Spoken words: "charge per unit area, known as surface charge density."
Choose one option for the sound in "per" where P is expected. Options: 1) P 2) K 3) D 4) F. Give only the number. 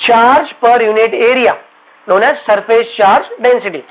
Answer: 1